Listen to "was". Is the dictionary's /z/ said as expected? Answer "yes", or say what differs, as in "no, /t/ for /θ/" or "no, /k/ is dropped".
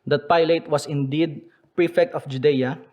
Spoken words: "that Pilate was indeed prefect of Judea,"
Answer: no, /s/ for /z/